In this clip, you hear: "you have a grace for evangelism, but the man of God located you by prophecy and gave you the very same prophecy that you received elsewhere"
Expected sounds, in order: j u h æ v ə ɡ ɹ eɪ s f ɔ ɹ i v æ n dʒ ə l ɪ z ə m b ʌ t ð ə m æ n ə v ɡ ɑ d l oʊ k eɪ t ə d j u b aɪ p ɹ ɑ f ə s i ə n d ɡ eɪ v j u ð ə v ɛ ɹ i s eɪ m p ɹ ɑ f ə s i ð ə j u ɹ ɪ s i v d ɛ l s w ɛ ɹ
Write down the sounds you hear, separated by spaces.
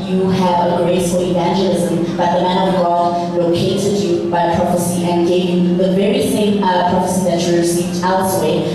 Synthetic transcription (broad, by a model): j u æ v ə ɡ ɹ eɪ s f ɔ l i v æ n dʒ ə l ɪ z ə m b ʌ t ð ə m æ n ə v ɡ ɑ d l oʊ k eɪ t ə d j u b aɪ p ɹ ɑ f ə s i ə n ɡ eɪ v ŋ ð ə v ɛ ɹ i s eɪ m p ɹ ɑ f ə s i ð ə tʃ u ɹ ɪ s i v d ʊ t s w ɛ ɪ